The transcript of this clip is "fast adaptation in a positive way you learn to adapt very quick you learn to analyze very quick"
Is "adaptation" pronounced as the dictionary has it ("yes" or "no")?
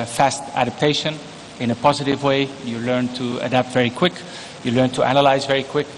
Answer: yes